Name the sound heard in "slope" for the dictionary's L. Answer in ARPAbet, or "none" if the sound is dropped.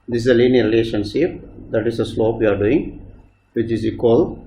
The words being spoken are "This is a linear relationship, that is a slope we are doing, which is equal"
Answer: L